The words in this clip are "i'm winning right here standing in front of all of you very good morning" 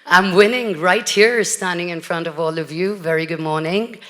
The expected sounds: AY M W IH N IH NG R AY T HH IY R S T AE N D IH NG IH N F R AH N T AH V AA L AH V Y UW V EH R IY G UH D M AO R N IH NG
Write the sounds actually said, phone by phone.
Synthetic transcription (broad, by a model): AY M W IH N IH NG R AY T HH IY R S T AE N D IH NG IH N F R AH N T AH V AA L AH V Y UW V EH R IY G UH D M AO R N IH NG